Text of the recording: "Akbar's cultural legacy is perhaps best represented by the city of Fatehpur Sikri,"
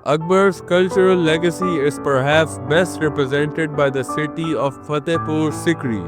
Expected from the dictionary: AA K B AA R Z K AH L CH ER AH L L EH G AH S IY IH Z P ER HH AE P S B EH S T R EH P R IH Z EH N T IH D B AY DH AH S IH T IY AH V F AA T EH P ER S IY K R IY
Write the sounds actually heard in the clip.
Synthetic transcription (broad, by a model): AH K B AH R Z K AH L CH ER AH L L EH G AH S IY IH Z P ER HH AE P S B EH S T R EH P R IH Z EH N T IH D B AY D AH S IH T IY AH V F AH T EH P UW S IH K R IY